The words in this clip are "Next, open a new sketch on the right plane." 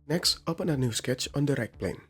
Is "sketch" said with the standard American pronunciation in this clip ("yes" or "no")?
yes